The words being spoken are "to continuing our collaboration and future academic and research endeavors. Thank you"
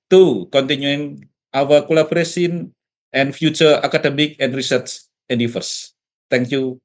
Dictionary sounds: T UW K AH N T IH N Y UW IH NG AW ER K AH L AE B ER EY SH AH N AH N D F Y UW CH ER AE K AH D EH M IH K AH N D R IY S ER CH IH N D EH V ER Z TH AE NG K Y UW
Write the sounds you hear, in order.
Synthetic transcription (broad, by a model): T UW K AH N T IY N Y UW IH NG AW ER K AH L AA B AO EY S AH N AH N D F Y UW CH ER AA K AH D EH M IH K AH N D R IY S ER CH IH N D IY F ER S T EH NG K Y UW